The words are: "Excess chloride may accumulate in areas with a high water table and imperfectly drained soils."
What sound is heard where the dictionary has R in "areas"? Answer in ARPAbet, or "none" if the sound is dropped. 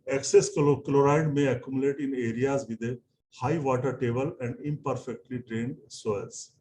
R